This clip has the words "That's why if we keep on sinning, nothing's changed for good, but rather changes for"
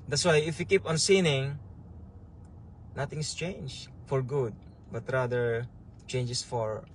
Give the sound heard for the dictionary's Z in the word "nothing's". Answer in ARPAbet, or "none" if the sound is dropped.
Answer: S